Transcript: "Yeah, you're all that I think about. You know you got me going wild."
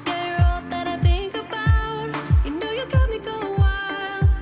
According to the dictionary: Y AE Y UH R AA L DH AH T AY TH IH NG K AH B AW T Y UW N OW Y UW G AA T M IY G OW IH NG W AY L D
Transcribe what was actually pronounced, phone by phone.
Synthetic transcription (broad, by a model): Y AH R AA L DH AH T AY TH IH NG K AH B AW T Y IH N OW Y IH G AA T M IY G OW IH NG W AY L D